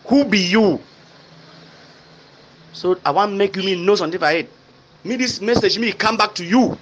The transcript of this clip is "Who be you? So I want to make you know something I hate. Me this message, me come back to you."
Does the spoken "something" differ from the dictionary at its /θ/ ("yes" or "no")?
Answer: yes